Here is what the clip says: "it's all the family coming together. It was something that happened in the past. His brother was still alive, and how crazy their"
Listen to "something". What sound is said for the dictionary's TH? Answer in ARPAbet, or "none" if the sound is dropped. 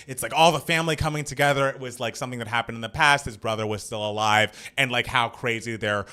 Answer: TH